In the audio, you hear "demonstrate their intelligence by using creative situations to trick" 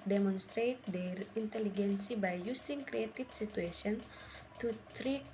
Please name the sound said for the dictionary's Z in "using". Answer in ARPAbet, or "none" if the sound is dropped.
S